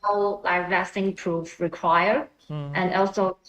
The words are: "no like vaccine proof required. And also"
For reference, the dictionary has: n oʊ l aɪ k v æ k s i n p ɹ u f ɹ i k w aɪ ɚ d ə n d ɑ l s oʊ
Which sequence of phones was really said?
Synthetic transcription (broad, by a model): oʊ l aɪ k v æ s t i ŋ p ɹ u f ɹ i k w aɪ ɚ ə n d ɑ l s oʊ